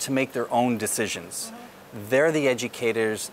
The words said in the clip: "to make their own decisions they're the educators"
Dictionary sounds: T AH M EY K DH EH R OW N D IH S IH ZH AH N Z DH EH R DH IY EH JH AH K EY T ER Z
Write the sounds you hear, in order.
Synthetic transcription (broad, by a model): T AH M EY K DH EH R OW N D IH S IH ZH AH N Z DH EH R DH IY EH JH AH K EY T ER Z